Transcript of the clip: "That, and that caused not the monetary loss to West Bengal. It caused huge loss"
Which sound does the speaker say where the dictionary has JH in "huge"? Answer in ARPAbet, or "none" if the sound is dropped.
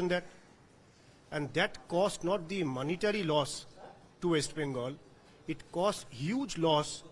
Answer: JH